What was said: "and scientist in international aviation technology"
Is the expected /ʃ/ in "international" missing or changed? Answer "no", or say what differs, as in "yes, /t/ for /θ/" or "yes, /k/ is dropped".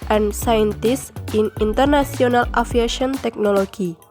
yes, /s/ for /ʃ/